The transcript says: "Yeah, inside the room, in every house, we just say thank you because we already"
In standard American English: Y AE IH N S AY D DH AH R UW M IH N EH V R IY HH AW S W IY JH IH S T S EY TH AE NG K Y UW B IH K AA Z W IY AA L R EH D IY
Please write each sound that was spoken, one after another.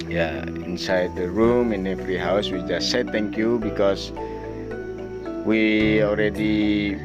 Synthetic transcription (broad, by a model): Y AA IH N S AY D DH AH R UW M IH N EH F R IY HH AW S W IY JH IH S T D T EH NG K Y UW B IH K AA S W IY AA L R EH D IY